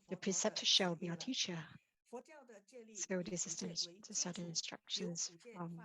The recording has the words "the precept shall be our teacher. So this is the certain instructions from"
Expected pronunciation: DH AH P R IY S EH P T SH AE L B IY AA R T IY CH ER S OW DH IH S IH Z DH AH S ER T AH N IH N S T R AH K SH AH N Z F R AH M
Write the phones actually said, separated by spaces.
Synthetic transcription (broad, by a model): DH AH P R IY S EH P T SH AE L B IY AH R T IY CH ER S OW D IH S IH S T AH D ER S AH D IH N S T R AH K SH AH N Z F R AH M